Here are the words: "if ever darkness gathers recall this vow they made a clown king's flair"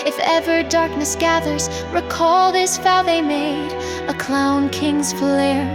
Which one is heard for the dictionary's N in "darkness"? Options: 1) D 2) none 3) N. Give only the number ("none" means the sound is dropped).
3